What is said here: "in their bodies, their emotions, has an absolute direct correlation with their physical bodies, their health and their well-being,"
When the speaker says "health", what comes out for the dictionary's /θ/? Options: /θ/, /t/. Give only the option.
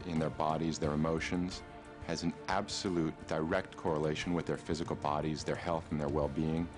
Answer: /θ/